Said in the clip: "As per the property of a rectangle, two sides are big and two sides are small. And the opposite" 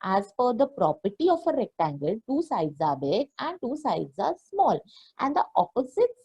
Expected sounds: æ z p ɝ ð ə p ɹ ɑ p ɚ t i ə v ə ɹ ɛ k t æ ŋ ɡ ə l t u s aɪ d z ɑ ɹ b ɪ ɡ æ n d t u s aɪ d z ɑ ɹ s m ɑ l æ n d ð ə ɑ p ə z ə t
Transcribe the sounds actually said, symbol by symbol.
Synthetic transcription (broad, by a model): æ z f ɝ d ə p ɹ ɑ p ɚ t i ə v ə ɹ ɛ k t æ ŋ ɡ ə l t u s aɪ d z ɑ ɹ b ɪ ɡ æ n d t u s aɪ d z ɑ ɹ s m ɑ l æ n d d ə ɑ p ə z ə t